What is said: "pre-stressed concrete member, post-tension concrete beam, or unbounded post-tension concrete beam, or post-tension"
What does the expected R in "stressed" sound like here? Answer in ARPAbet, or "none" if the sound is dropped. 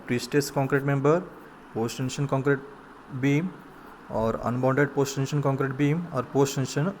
none